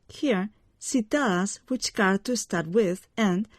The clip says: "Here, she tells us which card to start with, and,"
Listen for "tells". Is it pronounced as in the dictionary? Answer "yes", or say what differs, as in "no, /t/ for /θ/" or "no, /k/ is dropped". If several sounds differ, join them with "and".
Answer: no, /z/ is dropped